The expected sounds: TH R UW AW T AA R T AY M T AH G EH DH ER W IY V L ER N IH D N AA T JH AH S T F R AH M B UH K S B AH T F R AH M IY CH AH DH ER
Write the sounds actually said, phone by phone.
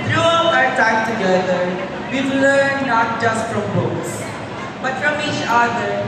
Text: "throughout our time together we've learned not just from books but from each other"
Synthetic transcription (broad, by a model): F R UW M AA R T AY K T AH G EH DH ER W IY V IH L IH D N AA T JH AH S T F R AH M B UH K S B AH T F R AH M IY CH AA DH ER